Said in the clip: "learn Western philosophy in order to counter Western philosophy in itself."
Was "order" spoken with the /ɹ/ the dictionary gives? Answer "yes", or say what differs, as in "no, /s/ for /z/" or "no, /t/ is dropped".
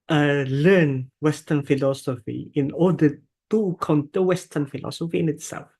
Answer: no, /l/ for /ɹ/